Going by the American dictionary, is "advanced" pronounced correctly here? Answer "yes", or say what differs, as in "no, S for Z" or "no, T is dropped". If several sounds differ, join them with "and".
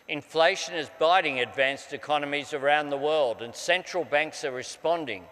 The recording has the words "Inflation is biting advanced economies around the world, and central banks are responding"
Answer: yes